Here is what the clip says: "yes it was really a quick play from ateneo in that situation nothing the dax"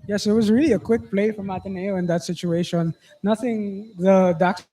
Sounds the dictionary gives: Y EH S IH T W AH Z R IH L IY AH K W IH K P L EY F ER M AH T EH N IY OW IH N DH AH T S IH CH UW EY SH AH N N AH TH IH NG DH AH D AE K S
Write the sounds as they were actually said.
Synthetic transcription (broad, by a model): Y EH S IH T W AH Z R IH L IY AH K W IH K P L EY F ER M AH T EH N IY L IH N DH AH T S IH CH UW EY SH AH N N AH TH IH NG DH AH D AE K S